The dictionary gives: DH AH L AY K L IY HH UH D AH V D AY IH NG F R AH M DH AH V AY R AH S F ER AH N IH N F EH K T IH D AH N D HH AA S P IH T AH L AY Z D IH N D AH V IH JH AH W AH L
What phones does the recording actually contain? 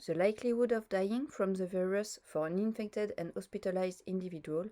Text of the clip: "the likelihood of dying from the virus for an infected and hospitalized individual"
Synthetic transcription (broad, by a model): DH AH L AY K L IY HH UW D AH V D AY IH NG F R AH M DH AH V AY R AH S F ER AH N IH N F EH K T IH D AH N D HH AA S P IH T AH L AY Z D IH N D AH V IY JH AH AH L